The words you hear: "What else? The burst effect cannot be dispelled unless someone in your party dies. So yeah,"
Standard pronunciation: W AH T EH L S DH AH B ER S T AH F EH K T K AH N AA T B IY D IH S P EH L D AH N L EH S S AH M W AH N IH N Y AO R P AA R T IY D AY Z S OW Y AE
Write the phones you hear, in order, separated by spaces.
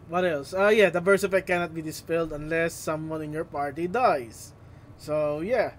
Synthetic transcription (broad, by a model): W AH T EH L S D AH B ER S AH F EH T K AH N AA T B IY D IH S P EH L D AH N L EH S S AH M W AH N IH N Y AO R P AA R T IY D AY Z S OW Y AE